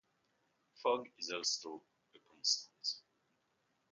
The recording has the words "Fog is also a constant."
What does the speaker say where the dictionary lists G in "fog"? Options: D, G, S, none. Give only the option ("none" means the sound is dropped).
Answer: G